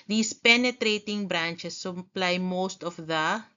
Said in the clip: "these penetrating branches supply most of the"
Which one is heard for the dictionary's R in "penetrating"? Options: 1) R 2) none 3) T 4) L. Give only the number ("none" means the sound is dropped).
1